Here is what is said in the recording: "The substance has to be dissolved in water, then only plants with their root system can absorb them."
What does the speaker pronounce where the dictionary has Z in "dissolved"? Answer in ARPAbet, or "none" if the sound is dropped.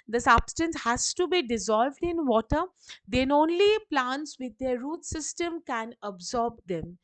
Z